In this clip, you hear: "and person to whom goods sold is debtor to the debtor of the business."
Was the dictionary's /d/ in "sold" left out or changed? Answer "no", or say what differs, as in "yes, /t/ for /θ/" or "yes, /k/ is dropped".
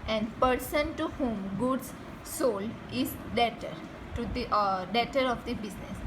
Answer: yes, /d/ is dropped